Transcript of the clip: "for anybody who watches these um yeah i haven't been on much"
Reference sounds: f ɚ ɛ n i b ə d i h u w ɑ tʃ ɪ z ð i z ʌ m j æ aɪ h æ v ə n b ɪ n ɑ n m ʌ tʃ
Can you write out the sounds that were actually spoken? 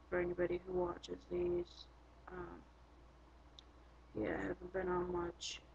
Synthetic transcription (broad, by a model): f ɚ ɛ n i b ə d i h u w ɑ tʃ ɪ z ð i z ʌ m j æ aɪ h æ v ə n b ɪ n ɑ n m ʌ tʃ